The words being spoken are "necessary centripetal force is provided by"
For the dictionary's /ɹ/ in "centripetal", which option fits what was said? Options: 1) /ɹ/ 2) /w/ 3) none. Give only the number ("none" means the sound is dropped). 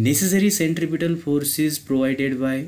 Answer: 1